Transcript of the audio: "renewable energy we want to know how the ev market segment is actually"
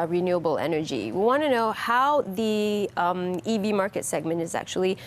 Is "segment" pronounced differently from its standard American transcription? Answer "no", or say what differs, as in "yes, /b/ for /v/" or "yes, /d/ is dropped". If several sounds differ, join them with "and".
no